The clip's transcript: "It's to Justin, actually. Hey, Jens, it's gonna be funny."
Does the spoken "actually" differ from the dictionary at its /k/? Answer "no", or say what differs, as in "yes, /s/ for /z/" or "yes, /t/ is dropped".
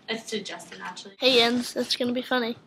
yes, /k/ is dropped